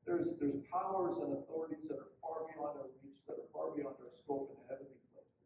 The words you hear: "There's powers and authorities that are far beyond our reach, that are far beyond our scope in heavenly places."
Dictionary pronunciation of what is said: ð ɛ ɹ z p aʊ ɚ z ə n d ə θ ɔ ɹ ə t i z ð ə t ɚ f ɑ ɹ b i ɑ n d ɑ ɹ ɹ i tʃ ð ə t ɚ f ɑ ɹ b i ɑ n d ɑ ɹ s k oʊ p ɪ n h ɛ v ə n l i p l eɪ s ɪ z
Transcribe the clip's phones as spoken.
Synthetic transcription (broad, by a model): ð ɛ ɹ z p aʊ ɚ z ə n ə θ ɔ ɹ ə t i z ð ə t ɚ f ɑ ɹ b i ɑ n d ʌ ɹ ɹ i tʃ ð ə t ɚ f ɑ ɹ b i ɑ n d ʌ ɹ s k oʊ p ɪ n h ɛ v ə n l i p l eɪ ɪ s